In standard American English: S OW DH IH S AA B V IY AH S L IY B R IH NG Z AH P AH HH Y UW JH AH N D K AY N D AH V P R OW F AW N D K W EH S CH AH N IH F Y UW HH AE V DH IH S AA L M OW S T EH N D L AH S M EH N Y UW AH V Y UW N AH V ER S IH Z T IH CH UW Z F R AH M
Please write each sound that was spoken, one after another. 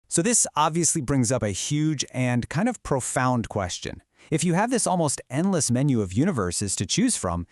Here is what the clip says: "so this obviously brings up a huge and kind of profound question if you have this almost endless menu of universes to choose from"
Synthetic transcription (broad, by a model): S OW DH IH S AA B V IY AH S L IY B R IH NG Z AH P AH HH Y UW JH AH N K AY N D AH V P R OW F AW N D K W EH S CH AH N IH F Y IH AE V DH IH S AA L M OW S T EH N D L AH S M EH N Y UW AH V Y UW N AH V ER S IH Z T IH CH UW Z F R AH M